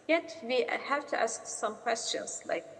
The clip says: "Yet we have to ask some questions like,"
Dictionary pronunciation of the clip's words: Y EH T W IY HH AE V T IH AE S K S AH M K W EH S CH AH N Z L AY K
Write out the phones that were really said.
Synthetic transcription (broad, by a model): Y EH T W IY HH AE V T IH AE S K S AH M K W EH S CH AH N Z L AY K